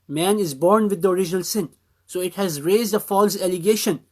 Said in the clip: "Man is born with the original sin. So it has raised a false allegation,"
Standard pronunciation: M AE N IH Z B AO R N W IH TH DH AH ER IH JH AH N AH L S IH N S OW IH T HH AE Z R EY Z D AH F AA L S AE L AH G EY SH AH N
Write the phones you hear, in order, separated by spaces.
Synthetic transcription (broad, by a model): M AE N IH Z B AO R N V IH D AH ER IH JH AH N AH L S IH N S OW IH T HH AE Z R EY Z D AH F AA L S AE L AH G EY SH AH N